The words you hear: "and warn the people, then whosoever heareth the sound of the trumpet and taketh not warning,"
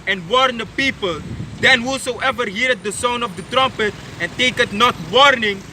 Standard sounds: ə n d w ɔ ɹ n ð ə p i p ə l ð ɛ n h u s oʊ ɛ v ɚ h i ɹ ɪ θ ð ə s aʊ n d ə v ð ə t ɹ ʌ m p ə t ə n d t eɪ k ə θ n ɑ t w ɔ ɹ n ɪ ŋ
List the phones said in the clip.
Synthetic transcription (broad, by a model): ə n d w ɔ ɹ n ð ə p i p ə l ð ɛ n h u s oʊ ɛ v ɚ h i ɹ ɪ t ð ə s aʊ n ə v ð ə t ɹ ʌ m p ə t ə n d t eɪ k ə t n ɑ t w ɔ ɹ n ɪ ŋ